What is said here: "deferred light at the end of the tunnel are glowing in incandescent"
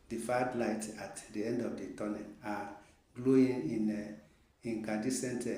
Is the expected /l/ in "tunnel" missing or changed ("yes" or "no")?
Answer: yes